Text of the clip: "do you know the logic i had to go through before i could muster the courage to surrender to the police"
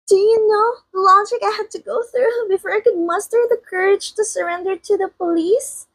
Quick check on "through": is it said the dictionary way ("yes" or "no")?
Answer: yes